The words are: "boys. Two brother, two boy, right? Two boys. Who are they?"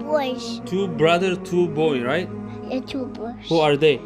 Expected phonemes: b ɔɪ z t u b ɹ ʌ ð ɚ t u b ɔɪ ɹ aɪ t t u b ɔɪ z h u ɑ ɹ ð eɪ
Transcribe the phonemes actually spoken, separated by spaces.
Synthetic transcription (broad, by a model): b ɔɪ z t u b ɹ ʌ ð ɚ t u b ɔɪ ɹ aɪ t t u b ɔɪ h u ɑ ɹ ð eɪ